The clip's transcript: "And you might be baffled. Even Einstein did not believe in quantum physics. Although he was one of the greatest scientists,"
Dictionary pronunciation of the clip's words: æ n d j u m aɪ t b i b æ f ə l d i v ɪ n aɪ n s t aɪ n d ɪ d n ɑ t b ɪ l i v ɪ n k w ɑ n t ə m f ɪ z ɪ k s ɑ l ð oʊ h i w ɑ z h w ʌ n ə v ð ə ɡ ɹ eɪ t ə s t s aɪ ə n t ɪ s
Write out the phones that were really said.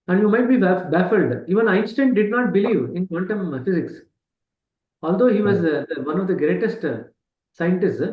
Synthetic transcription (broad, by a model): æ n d j u m aɪ t b i b æ f ə l d i v ɪ n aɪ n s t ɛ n d ɪ d n ɑ t b ɪ l i v ɪ n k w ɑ n t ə m f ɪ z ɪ k s ɑ l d oʊ h i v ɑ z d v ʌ n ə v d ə ɡ ɹ eɪ t ə s t s aɪ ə n t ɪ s